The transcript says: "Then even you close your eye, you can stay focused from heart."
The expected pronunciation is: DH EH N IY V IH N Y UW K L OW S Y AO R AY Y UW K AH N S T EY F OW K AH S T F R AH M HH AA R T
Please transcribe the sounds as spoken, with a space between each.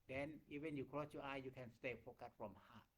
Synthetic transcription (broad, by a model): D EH N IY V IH N Y UW K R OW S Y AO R AY Y UW K AH N S T EY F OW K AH T F R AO M HH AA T